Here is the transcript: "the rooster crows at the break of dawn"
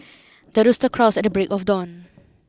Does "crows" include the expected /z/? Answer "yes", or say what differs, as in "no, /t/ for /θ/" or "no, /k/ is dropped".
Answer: no, /s/ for /z/